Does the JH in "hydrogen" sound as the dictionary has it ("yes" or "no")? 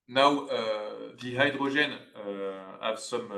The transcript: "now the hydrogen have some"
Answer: no